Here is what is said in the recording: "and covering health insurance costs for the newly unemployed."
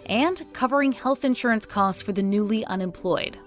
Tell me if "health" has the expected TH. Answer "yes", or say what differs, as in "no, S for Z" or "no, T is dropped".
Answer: yes